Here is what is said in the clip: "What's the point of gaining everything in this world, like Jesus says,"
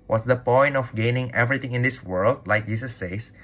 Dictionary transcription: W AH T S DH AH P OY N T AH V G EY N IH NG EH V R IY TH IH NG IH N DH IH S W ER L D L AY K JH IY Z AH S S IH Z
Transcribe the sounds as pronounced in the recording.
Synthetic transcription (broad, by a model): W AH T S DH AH P OY N T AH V G EY N IH NG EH V R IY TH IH NG IH N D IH S W ER L D L AY K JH IY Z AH S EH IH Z